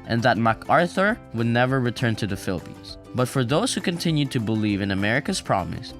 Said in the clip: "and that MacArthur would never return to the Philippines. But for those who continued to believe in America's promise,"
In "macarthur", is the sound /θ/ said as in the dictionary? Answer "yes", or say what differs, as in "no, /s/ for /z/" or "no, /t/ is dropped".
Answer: yes